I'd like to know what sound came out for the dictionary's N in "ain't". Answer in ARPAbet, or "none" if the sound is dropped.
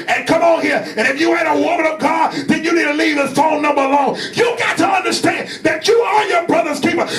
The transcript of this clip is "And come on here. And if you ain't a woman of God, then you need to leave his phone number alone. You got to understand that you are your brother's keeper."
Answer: none